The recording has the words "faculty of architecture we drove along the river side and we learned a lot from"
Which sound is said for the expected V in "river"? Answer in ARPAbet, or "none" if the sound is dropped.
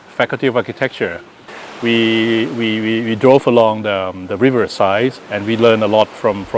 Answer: V